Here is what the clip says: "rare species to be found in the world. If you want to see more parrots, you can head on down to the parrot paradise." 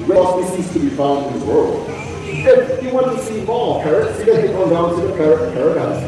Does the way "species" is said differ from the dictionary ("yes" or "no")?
yes